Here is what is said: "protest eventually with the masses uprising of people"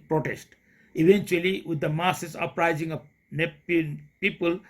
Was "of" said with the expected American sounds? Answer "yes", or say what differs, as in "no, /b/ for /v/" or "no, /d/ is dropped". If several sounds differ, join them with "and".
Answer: no, /p/ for /v/